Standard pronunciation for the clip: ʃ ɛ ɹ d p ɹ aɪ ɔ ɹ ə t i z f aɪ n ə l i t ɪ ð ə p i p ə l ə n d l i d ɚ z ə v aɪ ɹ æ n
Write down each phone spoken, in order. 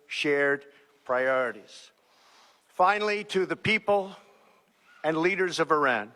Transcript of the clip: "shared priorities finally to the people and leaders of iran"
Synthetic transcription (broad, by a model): ʃ ɛ ɹ d p ɹ aɪ ɔ ɹ ə t i z f aɪ n l i t ɪ ð ə p i p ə l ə n l i d ɚ z ə v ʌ ɹ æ n